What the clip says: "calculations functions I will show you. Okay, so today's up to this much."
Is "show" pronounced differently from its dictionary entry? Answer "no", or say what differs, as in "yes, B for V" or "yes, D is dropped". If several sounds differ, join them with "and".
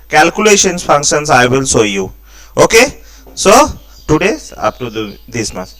yes, S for SH